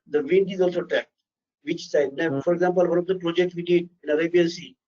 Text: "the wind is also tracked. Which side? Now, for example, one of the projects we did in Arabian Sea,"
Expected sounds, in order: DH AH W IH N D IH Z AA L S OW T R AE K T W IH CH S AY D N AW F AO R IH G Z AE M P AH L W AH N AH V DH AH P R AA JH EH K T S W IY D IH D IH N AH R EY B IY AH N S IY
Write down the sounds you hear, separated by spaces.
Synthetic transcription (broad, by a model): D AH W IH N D IH Z AA L S OW T AE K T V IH CH S AY D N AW F AO R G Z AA M P AH L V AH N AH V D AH P R AA JH EH K T S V IY D IH D IH N AH R EY B IY AH N S IY